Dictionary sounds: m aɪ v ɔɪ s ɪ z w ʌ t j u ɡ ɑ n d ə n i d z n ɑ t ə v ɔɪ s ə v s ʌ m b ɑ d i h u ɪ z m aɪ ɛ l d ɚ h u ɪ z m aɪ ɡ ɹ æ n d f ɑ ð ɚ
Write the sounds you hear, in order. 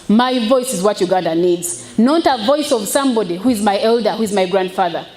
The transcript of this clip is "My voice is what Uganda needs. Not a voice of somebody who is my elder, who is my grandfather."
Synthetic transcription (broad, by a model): m aɪ v ɔɪ s ɪ z w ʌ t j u ɡ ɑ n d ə n i d z n ɑ t ə v ɔɪ s ə v s ʌ m b ɑ d i h u ɪ z m aɪ ɛ l d ɚ h u ɪ z m aɪ ɡ ɹ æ n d f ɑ ð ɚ